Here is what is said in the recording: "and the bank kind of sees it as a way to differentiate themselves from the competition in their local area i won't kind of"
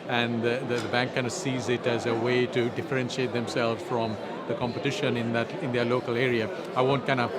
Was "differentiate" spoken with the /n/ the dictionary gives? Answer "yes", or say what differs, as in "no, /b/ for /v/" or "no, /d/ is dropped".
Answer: yes